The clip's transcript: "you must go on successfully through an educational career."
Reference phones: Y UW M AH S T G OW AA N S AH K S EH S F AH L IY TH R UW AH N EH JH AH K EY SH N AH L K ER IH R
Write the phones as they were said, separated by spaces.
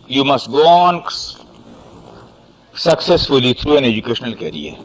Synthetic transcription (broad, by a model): Y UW M AH S T G OW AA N S AH K S EH S F AH L IY T R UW AH N EH JH AH K EY SH N AH L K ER R